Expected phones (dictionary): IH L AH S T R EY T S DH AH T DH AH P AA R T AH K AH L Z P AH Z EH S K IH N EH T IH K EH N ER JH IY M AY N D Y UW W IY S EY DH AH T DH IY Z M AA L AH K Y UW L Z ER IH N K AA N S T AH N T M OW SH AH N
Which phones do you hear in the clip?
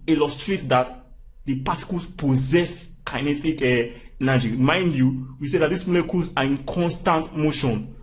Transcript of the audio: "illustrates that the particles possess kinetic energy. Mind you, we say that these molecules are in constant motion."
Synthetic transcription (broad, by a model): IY L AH S T R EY T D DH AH T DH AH P AA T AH K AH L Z P AH Z EH S K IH N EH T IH K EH N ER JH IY M AY N D Y UW W IY S EY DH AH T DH IY S M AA L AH K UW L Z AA IH N K AA N S T AH N T M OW SH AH N